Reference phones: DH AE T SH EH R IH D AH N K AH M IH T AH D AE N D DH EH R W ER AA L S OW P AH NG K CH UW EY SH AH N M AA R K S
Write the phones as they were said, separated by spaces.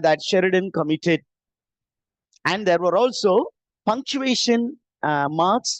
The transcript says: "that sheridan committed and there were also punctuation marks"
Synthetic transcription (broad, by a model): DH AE T SH EH R IH D AH N K AH M IH T AH D AE N D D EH R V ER AA L S OW P AH NG K CH UW EY SH AH N M AA R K S